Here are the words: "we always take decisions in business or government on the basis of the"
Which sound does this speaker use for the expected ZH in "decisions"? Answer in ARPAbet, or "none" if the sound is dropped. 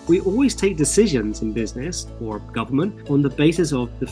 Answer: ZH